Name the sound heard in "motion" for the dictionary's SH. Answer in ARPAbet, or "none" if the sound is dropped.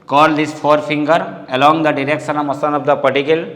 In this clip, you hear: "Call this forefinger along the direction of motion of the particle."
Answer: S